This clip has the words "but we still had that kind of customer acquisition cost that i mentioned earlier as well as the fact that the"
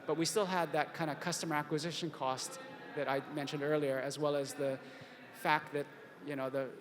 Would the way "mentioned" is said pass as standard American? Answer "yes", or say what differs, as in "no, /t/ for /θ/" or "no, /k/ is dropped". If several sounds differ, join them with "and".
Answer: yes